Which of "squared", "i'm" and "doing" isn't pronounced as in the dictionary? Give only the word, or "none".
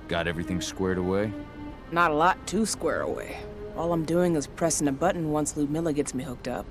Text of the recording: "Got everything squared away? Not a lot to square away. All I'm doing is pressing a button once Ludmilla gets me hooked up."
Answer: none